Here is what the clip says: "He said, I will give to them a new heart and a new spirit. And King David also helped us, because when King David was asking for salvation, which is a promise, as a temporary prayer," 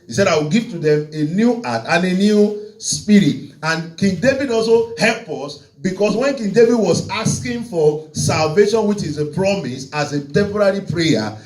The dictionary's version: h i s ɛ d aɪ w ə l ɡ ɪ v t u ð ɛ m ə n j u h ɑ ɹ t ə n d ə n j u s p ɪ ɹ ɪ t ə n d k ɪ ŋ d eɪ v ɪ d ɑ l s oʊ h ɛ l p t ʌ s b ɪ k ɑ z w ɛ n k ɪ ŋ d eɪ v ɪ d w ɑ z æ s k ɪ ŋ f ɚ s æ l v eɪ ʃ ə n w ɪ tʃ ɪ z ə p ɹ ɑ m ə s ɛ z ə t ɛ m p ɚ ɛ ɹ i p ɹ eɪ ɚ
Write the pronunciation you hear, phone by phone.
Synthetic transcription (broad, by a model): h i s ɛ d aɪ w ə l ɡ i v t u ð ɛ m ə n j u ɑ t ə n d ə n j u s p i ɹ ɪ t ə n k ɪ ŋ d eɪ v ɪ d ɑ l s oʊ h ɛ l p ʌ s b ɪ k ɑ s w ɛ n k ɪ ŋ d eɪ v ɪ d w ɑ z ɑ s k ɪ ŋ f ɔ s æ l v eɪ ʃ ə n w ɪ tʃ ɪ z ə p ɹ ɑ m ə s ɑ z ə t ɛ m p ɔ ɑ ɹ i p ɹ eɪ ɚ